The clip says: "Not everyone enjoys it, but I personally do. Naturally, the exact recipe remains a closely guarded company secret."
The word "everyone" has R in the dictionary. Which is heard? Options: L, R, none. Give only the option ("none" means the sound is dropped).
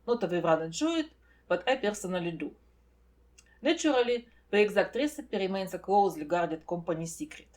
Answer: none